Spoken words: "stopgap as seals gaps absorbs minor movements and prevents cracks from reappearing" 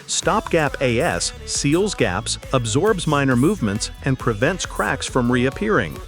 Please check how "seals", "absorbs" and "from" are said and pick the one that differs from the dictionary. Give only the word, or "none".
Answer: none